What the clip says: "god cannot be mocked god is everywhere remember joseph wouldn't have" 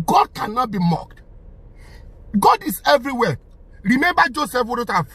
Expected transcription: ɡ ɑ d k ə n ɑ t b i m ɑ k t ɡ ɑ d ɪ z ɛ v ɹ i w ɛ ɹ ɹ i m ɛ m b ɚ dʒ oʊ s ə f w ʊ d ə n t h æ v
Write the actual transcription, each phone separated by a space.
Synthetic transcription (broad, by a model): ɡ ɑ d k ə n ɑ t b i m ɑ k t ɡ ɑ d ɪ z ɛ v ɹ i w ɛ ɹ ɹ i m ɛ m b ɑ dʒ oʊ s ə f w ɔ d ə t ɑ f